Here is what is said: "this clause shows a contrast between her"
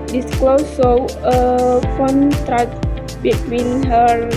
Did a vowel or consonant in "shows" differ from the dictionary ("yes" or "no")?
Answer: yes